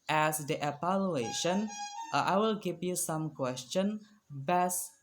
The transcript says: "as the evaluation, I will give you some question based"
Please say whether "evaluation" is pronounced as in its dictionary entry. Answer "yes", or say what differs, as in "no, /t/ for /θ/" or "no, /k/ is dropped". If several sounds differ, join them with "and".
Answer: no, /p/ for /v/